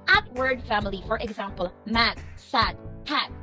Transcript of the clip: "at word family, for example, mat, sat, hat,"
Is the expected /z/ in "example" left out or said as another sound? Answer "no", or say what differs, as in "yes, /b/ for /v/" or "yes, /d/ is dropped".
no